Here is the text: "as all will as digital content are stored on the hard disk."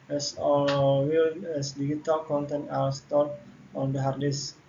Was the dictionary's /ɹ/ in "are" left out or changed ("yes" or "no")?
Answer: yes